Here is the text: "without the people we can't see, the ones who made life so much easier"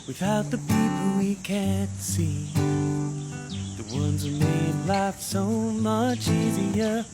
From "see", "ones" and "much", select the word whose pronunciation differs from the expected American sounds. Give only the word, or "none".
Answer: none